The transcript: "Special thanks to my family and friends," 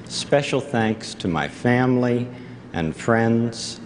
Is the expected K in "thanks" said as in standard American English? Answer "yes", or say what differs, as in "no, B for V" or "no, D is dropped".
yes